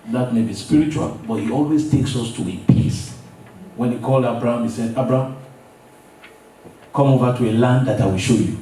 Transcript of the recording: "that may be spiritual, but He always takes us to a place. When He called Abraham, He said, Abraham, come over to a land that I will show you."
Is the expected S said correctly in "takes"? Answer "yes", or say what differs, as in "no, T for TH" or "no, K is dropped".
yes